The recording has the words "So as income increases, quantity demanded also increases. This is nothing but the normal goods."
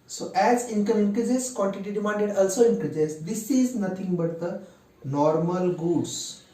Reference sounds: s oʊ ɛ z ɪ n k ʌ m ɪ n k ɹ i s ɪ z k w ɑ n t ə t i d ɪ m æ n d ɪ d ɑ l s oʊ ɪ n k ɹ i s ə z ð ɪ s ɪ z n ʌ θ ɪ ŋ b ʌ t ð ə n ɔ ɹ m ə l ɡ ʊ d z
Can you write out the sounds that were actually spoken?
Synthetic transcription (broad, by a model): s oʊ ɛ z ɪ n k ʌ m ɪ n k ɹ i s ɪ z k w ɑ n t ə t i d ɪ m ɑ n d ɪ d ɑ l s oʊ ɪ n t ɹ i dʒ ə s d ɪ s ɪ z n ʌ t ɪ ŋ b ʌ t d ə n ɔ ɹ m ə l ɡ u d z